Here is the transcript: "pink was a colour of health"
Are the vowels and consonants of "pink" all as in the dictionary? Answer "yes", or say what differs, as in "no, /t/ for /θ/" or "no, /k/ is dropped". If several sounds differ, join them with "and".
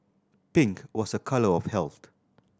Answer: yes